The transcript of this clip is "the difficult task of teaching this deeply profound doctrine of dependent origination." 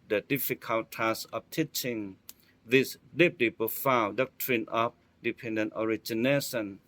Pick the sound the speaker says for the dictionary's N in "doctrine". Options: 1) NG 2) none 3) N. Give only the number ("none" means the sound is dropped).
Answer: 3